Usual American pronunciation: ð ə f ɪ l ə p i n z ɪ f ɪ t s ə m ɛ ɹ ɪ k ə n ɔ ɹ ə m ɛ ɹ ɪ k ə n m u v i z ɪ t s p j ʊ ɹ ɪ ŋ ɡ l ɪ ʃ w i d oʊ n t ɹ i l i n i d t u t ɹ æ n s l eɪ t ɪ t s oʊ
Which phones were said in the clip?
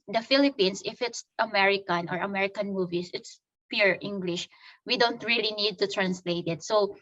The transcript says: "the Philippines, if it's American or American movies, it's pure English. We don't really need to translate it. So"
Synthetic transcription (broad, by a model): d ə f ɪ l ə p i n s ɪ f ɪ t s ə m ɛ ɹ ɪ k ə n ɔ ɹ ə m ɛ ɹ ɪ k ə n m u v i s ɪ t s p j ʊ ɹ ɪ ŋ ɡ l ɪ ʃ w i d oʊ n t ɹ i l i n i d t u t ɹ æ n s l eɪ t ɪ t s oʊ